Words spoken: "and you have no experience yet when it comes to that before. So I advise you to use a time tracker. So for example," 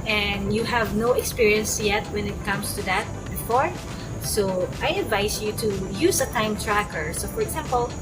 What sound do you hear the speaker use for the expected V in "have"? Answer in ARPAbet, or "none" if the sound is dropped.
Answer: V